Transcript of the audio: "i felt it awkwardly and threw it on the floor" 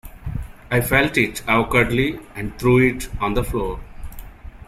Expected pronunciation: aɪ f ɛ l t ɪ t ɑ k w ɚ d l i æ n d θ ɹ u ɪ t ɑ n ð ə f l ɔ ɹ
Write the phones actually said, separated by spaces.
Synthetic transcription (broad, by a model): aɪ f ɛ l t ɪ t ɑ k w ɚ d l i æ n d t ɹ u ɪ t ɑ n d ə f l ɔ ɹ